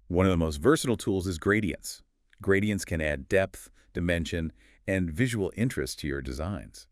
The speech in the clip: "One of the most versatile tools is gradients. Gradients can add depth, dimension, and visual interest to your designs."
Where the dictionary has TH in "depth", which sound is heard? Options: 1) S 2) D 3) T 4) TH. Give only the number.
4